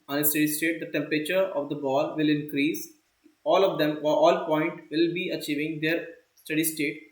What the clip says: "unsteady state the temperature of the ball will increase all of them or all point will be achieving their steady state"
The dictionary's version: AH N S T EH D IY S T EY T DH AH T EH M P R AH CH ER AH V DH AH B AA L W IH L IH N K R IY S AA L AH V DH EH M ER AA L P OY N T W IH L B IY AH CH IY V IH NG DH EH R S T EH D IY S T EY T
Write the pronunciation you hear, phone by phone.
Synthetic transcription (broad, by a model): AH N S T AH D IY S T EY T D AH T EH M P R AH CH ER AH V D AH B AA L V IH L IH N K R IY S AA L AH V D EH M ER AA L P OY N T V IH L B IY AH CH IY V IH NG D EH R S T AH D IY S T EY T